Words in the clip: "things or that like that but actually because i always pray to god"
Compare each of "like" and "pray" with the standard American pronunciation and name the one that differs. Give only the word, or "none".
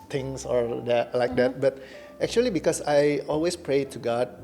none